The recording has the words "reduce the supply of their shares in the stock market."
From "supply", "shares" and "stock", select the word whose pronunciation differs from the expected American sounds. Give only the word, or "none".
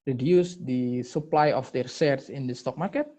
shares